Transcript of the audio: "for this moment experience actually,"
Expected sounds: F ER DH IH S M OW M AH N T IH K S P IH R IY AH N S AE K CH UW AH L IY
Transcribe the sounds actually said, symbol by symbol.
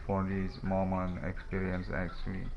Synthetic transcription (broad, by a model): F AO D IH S M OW M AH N IH K S P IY R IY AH N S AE K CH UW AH L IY